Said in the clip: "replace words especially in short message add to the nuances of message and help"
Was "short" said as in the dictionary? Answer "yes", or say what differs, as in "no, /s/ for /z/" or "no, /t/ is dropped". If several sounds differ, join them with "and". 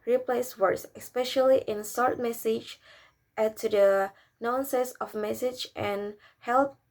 no, /s/ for /ʃ/